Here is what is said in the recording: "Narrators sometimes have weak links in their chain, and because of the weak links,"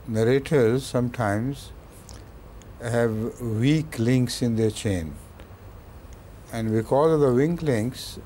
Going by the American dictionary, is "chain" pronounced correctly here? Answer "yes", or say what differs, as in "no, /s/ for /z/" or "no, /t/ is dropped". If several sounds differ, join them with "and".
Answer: yes